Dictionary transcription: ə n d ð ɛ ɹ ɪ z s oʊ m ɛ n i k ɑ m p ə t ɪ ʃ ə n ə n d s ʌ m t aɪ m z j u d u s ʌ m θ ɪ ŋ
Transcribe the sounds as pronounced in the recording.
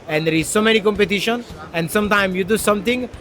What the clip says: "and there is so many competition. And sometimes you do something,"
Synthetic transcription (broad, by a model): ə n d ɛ ɹ ɪ z s oʊ m ɛ n i k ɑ m p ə t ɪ ʃ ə n ə n d s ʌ m t aɪ m j u d u s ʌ m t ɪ ŋ